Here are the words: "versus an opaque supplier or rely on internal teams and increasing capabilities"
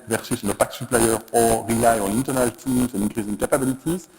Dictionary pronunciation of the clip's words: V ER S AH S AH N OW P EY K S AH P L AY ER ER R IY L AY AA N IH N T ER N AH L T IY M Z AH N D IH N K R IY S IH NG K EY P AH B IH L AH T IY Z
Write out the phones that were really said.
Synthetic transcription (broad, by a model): V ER S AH S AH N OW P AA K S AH P L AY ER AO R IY AY AA N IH N T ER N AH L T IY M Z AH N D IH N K IY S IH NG K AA P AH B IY L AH T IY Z